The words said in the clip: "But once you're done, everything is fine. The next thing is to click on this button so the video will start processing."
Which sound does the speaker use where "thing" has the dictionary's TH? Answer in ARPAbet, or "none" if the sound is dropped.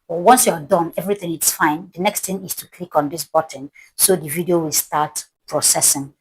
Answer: T